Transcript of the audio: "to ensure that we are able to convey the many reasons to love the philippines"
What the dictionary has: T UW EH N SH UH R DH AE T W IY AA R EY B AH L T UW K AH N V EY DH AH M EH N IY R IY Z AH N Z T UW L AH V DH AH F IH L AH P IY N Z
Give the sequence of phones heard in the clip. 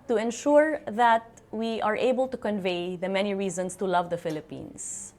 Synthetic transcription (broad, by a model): T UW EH N SH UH R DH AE T W IY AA R EY B AH L T UW K AH N V EY DH AH M EH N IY R IY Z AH N S T UW L AH V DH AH F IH L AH P IY N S